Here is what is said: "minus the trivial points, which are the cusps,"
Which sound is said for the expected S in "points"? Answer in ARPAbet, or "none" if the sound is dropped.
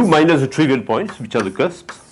S